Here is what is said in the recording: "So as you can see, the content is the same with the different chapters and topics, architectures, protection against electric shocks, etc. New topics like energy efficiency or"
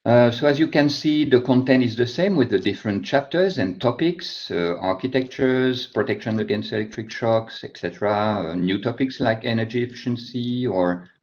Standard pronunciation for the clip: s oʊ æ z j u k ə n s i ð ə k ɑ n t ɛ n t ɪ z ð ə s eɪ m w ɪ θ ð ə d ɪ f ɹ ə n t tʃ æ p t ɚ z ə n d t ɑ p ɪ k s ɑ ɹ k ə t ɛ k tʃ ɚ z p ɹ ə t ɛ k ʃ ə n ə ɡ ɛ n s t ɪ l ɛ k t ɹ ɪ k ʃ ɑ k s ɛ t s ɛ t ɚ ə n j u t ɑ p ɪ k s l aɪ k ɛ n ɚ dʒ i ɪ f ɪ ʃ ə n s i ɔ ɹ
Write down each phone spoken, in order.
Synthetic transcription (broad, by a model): s oʊ æ z j u k ə n s i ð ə k ɑ n t ɛ n t ɪ z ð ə s eɪ m w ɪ ð ə d ɪ f ɹ ə n t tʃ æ p t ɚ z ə n t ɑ p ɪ k s ɑ ɹ k ə t ɛ k tʃ ɚ z p ɹ ə t ɛ k ʃ ə n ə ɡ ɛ n s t ɪ l ɛ k t ɹ ɪ k ʃ ɑ k s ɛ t s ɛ t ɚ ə n j u t ɑ p ɪ k s l aɪ k ɛ n ɚ dʒ i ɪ f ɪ ʃ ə n s i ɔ ɹ